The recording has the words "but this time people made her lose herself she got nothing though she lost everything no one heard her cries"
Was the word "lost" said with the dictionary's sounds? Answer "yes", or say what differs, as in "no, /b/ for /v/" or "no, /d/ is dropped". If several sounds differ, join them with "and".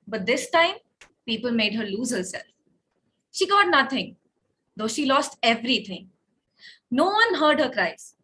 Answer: yes